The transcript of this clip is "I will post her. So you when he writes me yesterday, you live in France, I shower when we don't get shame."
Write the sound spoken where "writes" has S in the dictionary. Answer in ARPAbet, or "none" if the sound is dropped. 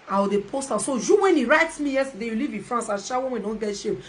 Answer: S